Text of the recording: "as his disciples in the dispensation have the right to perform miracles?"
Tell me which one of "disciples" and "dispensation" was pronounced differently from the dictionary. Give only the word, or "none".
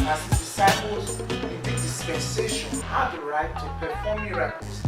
none